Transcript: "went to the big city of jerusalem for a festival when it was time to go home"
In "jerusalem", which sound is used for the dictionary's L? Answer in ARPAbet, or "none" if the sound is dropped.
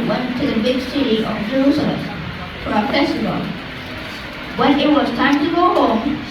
none